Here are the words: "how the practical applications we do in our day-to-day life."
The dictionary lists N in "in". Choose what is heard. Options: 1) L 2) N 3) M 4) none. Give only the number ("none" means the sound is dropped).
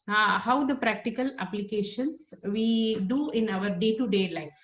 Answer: 2